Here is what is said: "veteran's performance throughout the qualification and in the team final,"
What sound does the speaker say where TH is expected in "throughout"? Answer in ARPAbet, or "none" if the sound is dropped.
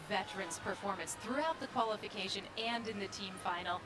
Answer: TH